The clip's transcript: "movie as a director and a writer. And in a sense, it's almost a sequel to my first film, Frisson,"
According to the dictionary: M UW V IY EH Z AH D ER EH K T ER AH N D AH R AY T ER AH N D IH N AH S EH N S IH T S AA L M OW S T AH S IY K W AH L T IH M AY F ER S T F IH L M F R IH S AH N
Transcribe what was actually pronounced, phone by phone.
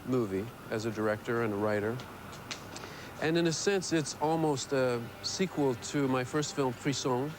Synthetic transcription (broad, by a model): M UW V IY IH Z AH D ER EH K T ER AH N AH R AY T ER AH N IH N AH S EH N S IH T S AA L M OW S T AH S IY K W AH L T IH M AY F ER S T F IH L M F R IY S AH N